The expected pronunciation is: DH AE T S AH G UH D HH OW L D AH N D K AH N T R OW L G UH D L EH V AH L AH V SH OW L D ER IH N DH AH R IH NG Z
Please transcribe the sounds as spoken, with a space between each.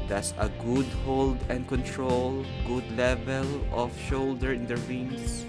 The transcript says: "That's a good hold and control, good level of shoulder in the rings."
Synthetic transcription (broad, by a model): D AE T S AH G UH D HH OW L D AH N D K AH N T R OW L G UH D L EH V AH L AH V SH OW L D ER IH N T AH R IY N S